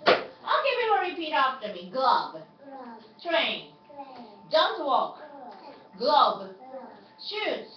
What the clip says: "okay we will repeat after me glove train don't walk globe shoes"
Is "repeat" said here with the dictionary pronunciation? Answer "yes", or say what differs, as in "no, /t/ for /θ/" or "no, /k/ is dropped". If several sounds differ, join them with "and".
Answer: yes